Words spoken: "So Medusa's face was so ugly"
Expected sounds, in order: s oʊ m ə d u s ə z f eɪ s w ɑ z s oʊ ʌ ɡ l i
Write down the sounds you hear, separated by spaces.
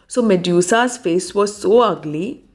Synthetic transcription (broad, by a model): s oʊ m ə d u s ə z f eɪ s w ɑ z s oʊ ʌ ɡ l i